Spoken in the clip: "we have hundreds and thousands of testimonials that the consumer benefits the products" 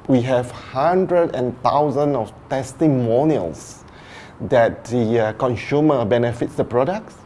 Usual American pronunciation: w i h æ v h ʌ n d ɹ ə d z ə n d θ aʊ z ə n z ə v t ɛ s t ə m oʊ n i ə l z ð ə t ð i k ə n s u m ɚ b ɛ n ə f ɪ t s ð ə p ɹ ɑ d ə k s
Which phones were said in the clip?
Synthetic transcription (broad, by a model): w i h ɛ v h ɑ n d ɹ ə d ə n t aʊ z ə n ə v t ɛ s t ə m oʊ n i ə l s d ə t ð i k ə n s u m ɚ b ɛ n ə f ɪ t s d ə p ɹ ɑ d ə k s